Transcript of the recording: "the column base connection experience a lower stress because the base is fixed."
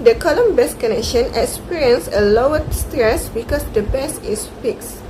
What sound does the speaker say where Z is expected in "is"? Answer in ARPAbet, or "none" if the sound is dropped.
S